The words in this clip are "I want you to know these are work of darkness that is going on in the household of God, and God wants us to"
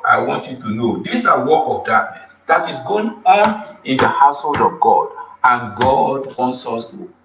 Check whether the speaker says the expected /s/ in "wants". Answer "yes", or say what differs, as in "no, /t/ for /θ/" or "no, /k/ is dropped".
yes